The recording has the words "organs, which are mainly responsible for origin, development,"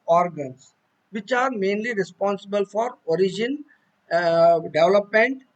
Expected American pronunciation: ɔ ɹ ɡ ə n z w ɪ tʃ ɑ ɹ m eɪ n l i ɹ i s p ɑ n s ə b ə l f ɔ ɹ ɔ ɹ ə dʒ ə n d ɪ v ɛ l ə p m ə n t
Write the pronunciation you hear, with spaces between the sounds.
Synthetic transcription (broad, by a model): ɔ ɹ ɡ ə n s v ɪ tʃ ɑ ɹ m eɪ n l i ɹ i s p ɑ n s ə b ə l f ɔ ɹ ɔ ɹ ə dʒ ə n d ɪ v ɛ l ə p m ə n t